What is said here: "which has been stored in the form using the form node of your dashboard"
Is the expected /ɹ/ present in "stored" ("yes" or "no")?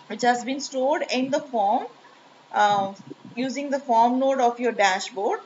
yes